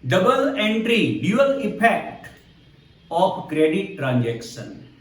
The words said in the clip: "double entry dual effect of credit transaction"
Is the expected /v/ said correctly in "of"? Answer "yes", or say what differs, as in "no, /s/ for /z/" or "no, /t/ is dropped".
no, /p/ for /v/